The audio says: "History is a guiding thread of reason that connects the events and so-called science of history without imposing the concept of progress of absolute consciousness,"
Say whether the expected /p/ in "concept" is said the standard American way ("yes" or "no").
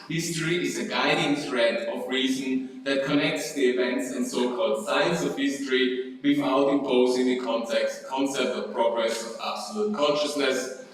yes